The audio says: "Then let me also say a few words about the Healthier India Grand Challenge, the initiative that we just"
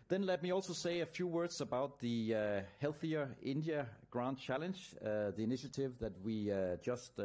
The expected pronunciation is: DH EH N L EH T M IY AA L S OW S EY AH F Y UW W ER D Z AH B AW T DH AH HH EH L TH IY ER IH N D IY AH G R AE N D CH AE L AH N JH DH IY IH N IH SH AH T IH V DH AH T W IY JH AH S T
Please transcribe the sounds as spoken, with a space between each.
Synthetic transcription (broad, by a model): DH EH N L EH T M IY AA L S OW S EY AH F Y UW W ER D Z AH B AW T DH AH HH EH L TH IY ER IH N D IY AH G R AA N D CH AE L AH N JH DH IY IH N IH SH AH T IH V DH AH T W IY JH AH S T